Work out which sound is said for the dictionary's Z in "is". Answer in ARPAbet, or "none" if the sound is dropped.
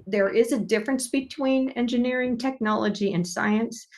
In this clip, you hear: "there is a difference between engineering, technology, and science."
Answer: Z